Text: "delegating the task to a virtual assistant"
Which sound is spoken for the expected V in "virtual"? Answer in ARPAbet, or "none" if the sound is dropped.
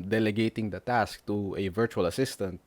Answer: V